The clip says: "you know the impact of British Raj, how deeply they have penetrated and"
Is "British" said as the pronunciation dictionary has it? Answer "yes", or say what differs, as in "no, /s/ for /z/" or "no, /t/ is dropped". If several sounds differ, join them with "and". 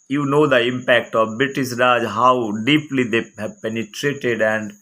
no, /s/ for /ʃ/